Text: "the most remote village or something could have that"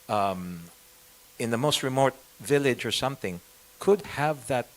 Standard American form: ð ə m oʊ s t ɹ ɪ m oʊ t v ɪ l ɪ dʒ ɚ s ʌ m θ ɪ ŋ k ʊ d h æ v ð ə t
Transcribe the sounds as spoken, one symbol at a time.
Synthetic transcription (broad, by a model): ð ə m oʊ s t ɹ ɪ m oʊ t v ɪ l ɪ dʒ ɚ s ʌ m θ ɪ ŋ k ʊ d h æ v ð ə t